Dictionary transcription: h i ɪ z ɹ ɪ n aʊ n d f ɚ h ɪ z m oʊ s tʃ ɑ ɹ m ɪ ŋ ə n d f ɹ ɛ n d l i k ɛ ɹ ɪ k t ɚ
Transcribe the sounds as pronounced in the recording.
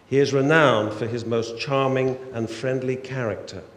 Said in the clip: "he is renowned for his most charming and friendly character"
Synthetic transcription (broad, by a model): h i ɪ z ɹ ɪ n aʊ n d f ɚ ɪ z m oʊ s tʃ ɑ ɹ m ɪ ŋ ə n f ɹ ɛ n d l i k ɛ ɹ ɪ k t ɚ